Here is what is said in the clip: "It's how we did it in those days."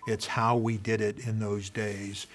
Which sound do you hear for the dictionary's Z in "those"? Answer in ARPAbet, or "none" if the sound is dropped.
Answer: Z